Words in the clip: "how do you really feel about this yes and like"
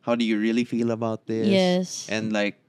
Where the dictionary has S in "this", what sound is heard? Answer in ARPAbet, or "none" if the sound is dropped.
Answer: none